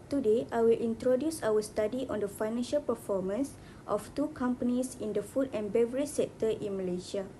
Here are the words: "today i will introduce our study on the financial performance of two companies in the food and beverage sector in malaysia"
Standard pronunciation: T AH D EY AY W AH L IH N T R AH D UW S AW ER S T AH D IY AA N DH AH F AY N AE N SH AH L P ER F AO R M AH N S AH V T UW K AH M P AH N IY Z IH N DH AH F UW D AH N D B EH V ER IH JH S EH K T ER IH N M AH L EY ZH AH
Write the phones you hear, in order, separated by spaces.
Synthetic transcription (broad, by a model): T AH D EY AY W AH L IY N T R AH D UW S AW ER S T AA D IY AA N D AH F AY N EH N SH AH L P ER F AO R M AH N S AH F T UW K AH M P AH N IY S IH N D AH F UW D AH N B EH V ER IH S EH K T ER IH N M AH L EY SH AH